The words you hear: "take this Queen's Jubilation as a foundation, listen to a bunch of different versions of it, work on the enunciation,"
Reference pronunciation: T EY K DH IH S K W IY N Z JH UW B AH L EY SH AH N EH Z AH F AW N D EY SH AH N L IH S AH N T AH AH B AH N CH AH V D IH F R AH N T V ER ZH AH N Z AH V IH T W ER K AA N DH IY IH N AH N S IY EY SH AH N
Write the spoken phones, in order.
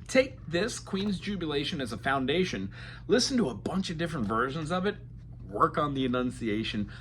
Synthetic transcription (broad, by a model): T EY K DH IH S K W IY N Z JH UW B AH L EY SH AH N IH Z AH F AW N D EY SH AH N L IH S N T AH AH B AH N CH AH V D IH F R AH N T V ER ZH AH N Z AH V IH T W ER K N DH IY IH N AH N S IY EY SH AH N